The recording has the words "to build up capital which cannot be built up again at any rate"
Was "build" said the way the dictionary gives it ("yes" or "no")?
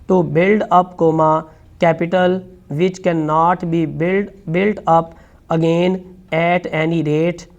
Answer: yes